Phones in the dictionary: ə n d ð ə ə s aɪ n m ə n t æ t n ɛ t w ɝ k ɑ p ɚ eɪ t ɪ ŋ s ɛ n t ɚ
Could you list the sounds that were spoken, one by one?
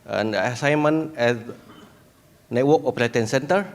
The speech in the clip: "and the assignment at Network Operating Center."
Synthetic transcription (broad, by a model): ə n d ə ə s aɪ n m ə n ɛ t n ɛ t w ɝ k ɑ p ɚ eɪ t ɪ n s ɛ n t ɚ